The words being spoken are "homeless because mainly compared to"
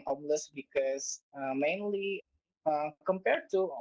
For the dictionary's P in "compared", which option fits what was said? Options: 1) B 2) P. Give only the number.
2